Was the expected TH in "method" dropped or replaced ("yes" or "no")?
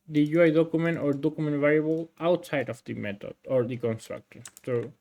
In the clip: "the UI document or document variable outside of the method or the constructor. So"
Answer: yes